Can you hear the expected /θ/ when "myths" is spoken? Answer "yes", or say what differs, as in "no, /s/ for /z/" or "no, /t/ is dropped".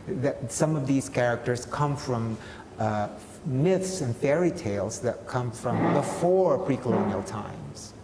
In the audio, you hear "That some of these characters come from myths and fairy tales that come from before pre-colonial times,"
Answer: yes